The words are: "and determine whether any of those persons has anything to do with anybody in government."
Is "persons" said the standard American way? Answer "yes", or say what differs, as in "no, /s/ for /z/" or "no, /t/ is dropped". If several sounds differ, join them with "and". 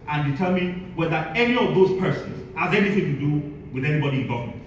yes